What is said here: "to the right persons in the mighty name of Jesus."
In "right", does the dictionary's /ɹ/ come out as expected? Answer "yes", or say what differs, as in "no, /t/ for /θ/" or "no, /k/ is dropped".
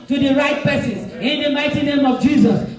yes